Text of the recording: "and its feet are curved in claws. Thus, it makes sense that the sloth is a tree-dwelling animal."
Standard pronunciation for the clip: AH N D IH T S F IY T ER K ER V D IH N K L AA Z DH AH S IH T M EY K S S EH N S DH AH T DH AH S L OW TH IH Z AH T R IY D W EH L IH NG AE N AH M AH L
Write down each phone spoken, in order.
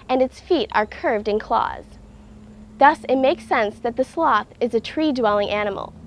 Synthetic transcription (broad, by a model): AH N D IH T S F IY T ER K ER V D IH N K L AA Z DH AH S IH T M EY K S S EH N S DH AH T DH AH S L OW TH IH Z AH T R IY D W EH L IH NG AE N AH M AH L